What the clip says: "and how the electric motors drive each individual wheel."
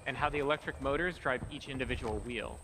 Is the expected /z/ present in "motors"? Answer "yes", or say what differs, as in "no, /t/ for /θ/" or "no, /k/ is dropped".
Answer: yes